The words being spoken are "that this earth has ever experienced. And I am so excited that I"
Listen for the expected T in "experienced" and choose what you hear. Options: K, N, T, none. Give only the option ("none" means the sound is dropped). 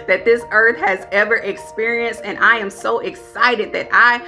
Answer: T